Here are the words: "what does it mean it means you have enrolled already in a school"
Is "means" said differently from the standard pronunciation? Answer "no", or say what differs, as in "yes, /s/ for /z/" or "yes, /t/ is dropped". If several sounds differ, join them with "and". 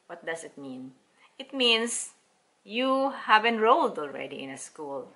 yes, /s/ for /z/